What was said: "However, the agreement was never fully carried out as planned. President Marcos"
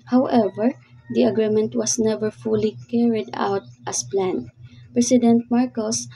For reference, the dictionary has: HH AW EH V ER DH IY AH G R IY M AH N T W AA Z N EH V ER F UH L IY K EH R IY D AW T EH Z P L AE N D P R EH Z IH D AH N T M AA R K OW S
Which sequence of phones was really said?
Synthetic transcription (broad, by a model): HH AW EH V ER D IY AH G R IY M AH N T W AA S N EH V ER F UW L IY K EH R IY D AW T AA S P L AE N P R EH S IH D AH N T M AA R K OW S